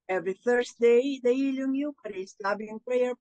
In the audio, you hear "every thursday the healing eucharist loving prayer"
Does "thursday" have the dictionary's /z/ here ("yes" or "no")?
no